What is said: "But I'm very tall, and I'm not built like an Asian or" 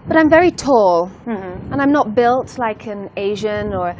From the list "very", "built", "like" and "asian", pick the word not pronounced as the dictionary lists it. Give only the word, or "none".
none